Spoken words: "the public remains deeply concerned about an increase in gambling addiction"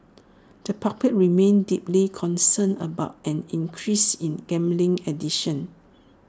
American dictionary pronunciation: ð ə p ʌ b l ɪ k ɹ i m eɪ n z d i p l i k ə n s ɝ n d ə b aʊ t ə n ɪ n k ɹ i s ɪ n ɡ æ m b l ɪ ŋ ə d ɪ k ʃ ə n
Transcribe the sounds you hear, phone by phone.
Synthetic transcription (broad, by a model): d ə p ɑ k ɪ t ɹ i m eɪ n d i p l i k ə n s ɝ n ə b aʊ t ə n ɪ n k ɹ i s ɪ n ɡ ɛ m b l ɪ ŋ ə d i ʃ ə n